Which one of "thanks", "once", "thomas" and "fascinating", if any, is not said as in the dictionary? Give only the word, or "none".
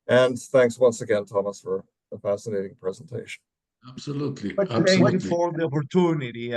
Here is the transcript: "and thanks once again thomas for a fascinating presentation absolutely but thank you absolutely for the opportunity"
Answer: none